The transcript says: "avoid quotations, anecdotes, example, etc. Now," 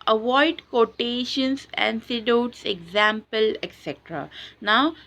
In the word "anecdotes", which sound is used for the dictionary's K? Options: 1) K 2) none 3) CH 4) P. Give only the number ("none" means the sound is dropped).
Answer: 2